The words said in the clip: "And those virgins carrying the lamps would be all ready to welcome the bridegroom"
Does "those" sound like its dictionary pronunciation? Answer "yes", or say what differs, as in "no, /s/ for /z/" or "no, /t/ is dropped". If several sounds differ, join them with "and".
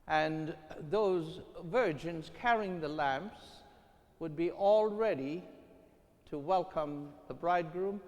yes